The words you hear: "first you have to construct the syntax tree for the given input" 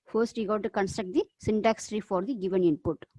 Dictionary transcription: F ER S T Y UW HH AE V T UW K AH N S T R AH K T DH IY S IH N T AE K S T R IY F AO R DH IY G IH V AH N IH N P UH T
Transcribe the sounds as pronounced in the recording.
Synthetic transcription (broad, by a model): F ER S T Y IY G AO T T UW K AH N S T R AH K T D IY S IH N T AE K S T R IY F AO R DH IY G IH V AH N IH N P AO T